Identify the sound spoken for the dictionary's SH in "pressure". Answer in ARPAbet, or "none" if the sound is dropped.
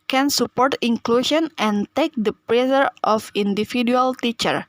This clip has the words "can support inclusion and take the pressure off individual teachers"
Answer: S